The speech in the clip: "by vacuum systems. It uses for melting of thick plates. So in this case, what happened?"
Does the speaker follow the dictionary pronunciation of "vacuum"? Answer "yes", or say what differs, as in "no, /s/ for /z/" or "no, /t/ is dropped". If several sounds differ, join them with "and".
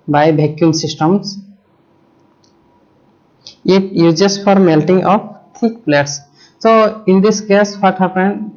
no, /b/ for /v/